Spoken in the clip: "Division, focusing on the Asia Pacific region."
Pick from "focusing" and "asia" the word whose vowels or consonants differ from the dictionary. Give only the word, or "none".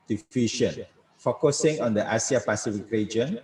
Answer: asia